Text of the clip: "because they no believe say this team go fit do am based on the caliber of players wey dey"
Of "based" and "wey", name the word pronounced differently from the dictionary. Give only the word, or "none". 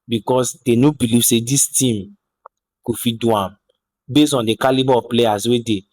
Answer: based